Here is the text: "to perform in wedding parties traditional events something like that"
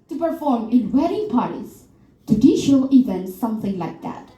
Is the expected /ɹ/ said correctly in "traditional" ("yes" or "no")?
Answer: no